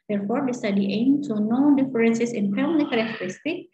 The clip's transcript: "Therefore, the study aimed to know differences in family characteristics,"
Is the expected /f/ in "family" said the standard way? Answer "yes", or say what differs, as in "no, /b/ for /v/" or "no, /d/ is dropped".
no, /p/ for /f/